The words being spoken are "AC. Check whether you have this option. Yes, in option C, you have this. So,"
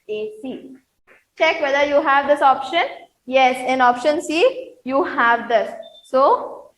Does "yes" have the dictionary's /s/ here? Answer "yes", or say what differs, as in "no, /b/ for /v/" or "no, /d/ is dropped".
yes